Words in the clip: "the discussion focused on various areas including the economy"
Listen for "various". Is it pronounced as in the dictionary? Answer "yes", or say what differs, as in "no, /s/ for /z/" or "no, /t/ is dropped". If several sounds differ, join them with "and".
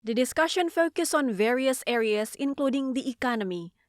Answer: yes